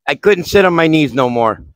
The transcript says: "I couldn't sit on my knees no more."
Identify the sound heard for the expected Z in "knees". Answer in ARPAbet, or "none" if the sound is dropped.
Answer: Z